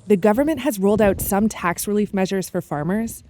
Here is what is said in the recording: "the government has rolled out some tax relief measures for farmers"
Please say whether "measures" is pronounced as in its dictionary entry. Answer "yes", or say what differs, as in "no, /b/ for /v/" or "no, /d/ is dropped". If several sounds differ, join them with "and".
yes